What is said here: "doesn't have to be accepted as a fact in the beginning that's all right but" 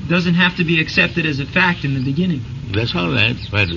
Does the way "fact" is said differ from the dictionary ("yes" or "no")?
no